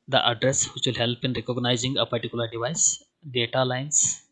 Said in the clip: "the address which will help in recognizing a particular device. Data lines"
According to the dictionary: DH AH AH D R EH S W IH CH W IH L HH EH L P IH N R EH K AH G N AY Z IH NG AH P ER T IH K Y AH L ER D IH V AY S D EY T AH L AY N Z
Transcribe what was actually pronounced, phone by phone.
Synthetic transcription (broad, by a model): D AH AH D R EH S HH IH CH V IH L HH EH L P IH N R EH K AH G N AY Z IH NG AH P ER T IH K Y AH L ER D IH V AY S D EY T AH L AY N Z